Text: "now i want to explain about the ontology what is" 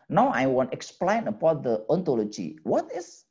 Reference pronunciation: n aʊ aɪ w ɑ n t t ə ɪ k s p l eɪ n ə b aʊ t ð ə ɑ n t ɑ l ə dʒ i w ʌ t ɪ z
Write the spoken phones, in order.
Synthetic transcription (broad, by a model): n aʊ aɪ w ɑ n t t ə k s p l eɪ n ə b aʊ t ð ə ɑ n t ɑ l ə dʒ i w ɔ t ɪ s